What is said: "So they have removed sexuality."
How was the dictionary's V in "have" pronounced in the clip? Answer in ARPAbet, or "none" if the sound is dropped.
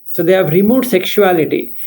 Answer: V